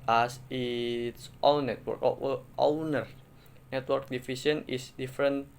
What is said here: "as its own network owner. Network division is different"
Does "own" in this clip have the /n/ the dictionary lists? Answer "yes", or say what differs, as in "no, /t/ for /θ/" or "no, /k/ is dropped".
no, /l/ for /n/